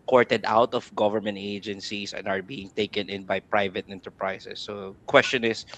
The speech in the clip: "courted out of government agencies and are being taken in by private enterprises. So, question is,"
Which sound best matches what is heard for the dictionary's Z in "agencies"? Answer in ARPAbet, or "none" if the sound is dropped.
S